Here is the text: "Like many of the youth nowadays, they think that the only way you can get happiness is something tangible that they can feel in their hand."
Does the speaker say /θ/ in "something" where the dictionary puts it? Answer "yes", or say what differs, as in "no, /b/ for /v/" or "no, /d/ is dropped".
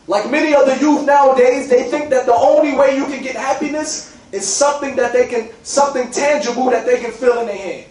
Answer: yes